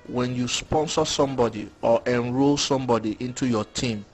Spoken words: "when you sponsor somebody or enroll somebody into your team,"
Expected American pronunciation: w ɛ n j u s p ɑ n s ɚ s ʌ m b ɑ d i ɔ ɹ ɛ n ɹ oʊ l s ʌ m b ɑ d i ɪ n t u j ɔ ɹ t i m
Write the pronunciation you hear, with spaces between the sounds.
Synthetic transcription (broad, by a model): w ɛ n j u s p ɑ n s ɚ s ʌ m b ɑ d i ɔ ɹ ɛ n ɹ oʊ l s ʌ m b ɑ d i ɪ n t u j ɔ t i m